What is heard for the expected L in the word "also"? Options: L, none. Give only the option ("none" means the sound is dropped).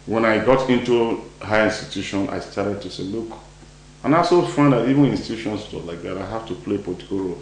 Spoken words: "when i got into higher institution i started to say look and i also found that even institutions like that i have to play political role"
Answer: none